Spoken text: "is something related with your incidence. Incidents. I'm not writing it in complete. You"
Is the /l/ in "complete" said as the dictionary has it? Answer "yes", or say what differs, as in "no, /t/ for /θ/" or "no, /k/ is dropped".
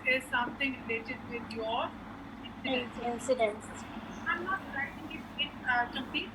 no, /l/ is dropped